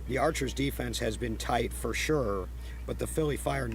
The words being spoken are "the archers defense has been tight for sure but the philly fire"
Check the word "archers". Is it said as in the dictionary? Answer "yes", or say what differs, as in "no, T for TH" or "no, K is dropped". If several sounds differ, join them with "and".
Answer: yes